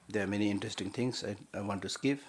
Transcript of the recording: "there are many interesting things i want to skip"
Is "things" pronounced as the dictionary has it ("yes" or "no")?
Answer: no